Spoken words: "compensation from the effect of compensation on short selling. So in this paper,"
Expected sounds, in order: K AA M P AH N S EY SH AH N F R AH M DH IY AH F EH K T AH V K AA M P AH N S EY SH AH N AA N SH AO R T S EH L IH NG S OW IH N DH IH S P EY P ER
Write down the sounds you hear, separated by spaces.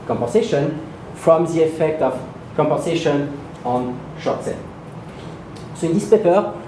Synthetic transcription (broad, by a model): K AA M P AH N S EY SH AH N F R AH M DH IY AH F EH K T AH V K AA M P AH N S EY SH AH N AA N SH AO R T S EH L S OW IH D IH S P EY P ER